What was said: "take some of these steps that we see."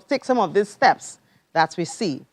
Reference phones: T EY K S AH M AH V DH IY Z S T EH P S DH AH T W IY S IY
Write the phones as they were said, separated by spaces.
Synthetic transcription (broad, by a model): T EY K S AH M AH V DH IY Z S T EH P S DH AH T W IY S IY